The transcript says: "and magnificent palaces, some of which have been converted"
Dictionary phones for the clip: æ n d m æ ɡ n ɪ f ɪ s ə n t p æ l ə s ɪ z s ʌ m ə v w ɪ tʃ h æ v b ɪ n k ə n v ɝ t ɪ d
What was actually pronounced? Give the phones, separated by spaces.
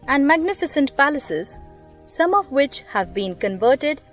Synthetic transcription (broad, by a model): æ n d m æ ɡ n ɪ f ɪ s ə n t p æ l ə s ɪ z s ʌ m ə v w ɪ tʃ h æ v b ɪ n k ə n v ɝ t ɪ d